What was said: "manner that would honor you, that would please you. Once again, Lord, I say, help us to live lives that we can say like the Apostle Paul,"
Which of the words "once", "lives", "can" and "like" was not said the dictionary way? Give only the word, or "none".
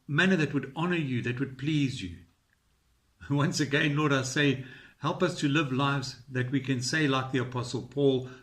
none